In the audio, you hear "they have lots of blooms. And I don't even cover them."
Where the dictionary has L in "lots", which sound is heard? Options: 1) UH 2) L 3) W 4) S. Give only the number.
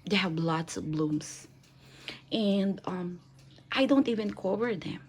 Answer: 2